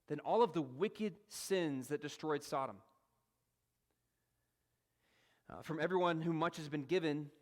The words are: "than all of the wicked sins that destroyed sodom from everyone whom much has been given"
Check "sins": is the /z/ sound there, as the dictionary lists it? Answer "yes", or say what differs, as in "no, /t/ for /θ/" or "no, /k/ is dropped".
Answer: yes